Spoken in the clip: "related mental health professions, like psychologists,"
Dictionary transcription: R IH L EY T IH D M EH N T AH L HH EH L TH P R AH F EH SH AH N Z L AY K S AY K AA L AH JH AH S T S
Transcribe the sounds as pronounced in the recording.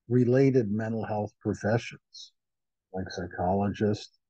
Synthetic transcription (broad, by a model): R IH L EY T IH D M EH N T L HH EH L TH P R AH F EH SH AH N Z L AY K S AY K AA L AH JH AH S T